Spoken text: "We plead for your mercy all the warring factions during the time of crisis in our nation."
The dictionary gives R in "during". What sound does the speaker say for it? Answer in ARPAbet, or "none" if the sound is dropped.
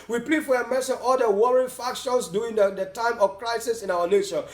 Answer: none